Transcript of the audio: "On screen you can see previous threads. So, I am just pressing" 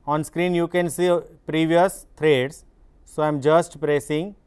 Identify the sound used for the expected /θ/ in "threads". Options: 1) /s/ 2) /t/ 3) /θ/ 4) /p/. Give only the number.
2